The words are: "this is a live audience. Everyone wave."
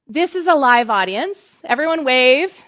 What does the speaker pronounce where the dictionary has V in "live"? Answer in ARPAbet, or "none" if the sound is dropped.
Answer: V